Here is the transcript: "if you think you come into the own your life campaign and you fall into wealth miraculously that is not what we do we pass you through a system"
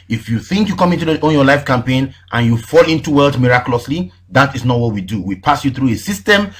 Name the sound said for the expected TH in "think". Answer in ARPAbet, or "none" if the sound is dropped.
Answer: TH